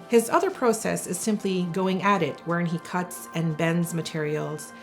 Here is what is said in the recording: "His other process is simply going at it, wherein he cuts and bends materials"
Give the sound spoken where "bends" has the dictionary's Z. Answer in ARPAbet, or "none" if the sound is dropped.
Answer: Z